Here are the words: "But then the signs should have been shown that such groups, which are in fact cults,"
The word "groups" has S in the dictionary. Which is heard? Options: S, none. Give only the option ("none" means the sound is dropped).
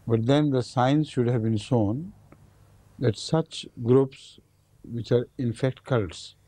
S